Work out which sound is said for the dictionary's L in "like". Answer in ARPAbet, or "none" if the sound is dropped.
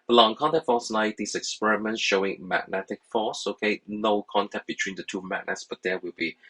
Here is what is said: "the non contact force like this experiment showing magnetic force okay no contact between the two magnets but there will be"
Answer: N